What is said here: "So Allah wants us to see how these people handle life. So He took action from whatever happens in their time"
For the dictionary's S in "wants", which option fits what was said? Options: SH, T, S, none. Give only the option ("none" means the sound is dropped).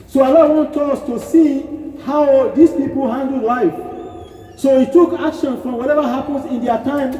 none